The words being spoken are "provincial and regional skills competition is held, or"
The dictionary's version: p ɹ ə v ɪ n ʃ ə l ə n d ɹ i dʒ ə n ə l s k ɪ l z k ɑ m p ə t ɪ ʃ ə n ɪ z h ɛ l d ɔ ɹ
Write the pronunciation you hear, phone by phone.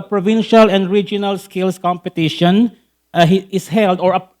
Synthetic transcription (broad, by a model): p ɹ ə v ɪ n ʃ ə l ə n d ɹ i dʒ ə n ə l s k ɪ l s k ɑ m p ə t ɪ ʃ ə n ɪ s h ɛ l d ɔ ɹ